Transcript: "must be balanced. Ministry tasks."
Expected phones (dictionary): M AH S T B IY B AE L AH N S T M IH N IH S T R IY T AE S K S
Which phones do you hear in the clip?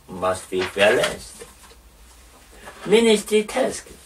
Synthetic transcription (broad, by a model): M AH S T B IY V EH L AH S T M IH N IH S T R IY T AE S K